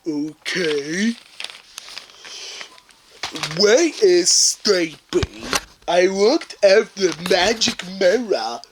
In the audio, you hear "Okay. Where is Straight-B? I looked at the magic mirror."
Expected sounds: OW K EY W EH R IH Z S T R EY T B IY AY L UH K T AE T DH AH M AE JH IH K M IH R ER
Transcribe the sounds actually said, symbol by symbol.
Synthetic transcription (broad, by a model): OW K EY W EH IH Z S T EY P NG AY L UH K T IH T DH AH M AE JH IH K M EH R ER